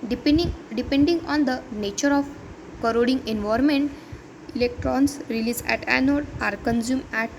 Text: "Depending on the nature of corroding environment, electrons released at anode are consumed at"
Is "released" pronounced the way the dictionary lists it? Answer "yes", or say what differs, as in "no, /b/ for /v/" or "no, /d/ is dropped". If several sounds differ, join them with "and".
no, /t/ is dropped